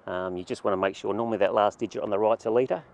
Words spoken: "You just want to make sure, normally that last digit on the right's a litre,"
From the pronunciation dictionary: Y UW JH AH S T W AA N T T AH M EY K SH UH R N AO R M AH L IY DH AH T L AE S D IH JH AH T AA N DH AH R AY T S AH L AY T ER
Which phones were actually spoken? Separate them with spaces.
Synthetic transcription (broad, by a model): Y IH JH AH S T W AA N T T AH M EY K SH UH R N AO R M AH L IY DH AH T L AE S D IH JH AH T N DH AH R AY T AH L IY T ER